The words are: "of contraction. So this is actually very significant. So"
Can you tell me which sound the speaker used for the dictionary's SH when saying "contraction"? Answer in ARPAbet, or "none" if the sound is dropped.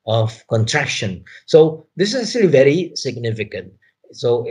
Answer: SH